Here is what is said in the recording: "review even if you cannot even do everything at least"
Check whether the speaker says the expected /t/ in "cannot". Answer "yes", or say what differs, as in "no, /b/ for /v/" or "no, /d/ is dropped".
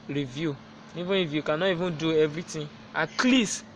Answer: no, /t/ is dropped